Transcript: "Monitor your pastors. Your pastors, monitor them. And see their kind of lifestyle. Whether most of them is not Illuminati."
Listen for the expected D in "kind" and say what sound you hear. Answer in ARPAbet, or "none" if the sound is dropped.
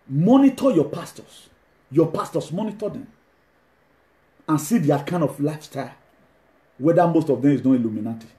D